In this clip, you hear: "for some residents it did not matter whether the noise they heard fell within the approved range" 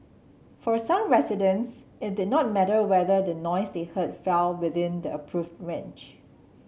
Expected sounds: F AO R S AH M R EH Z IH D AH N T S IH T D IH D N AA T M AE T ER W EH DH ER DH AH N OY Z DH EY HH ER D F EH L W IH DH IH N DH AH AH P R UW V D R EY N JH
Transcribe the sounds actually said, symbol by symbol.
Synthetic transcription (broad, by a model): F AO R S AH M R EH S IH D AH N S IH T D IH D N AA T M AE T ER W EH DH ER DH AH N OY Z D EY HH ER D F EH L W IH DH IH N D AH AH P R UW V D R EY N CH